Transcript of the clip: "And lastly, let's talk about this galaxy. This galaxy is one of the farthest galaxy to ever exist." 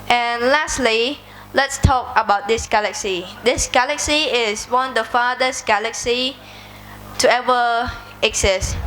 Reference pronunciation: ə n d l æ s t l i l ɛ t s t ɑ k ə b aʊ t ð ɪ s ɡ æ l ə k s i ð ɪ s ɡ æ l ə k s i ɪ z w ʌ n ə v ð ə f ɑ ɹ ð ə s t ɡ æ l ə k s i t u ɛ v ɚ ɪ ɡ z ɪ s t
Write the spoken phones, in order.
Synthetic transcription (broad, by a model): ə n l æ s t l i l ɛ t s t ɑ k ə b aʊ t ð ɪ s ɡ æ l ə k s i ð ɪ s ɡ æ l ə k s i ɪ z w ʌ n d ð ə f ɑ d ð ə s ɡ æ l ə k s i t u ɛ v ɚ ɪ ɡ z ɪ s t